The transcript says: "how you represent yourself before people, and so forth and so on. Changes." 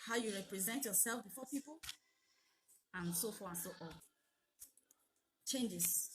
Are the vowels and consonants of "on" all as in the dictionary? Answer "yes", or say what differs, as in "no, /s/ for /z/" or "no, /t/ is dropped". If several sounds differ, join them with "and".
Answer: no, /l/ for /n/